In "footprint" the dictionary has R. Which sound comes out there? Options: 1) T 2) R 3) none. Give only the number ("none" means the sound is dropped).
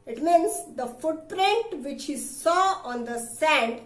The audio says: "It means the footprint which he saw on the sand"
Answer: 2